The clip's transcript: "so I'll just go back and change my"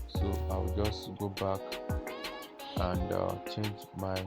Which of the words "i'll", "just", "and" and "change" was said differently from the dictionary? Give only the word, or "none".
i'll